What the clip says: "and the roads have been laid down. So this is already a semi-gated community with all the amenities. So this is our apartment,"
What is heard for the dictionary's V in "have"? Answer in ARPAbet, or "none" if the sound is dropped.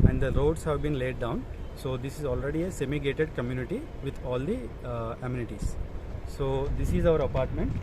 V